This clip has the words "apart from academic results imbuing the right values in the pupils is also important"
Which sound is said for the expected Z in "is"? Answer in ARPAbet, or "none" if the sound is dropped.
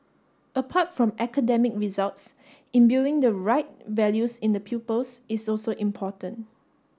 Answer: S